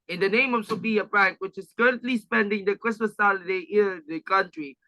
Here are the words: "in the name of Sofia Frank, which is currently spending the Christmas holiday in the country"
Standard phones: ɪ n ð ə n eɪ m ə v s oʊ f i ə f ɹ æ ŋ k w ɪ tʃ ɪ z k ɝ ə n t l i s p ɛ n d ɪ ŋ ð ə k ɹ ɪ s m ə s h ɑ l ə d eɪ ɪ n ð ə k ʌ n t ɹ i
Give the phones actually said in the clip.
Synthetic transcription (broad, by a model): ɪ n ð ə n eɪ m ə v s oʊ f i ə p ɹ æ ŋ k w ɪ tʃ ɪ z k ɝ ə n t l i s p ɛ n d ɪ ŋ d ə k ɹ ɪ s m ə s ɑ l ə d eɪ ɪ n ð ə k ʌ n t ɹ i